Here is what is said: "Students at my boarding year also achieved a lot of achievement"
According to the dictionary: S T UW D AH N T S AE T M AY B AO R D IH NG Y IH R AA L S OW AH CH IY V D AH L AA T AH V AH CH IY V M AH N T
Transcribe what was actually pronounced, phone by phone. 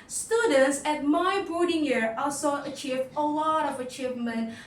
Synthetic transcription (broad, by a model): S T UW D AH N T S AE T M AY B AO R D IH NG Y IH R AA L S OW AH CH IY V AH L AA T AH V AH CH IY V M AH N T